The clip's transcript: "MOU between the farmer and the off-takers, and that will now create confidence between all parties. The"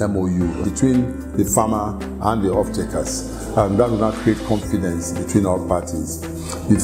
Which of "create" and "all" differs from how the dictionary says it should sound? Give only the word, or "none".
all